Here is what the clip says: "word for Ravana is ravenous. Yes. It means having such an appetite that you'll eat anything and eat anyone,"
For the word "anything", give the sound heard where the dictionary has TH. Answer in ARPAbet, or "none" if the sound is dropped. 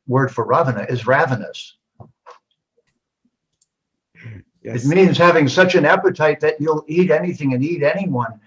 TH